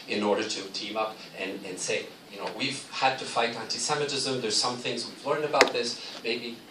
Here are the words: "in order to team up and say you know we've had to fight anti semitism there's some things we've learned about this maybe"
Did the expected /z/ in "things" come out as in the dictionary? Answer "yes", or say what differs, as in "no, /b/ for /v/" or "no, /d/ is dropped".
yes